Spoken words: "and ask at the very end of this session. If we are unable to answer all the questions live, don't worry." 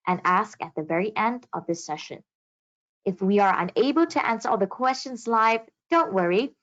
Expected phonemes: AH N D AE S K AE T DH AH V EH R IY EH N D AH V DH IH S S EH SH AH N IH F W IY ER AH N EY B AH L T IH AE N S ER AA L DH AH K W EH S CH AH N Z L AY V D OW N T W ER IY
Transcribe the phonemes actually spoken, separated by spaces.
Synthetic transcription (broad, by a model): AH N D AE S K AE T DH AH V EH R IY EH N D AH V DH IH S S EH SH AH N IH F W IY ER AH N EY B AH L T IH AE N S ER AA L DH AH K W EH S CH AH N Z L AY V D OW N T W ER IY